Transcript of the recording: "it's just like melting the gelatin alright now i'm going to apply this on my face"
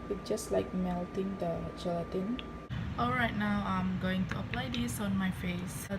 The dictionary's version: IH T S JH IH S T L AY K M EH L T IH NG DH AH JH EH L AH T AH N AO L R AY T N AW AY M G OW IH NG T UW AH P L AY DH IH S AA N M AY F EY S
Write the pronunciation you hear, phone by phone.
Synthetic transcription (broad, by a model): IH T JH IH S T L AY K M EH L T IH NG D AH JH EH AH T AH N AO L R AY T N AW AY M G OW IH NG T UW AH P L AY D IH S AA N M AY F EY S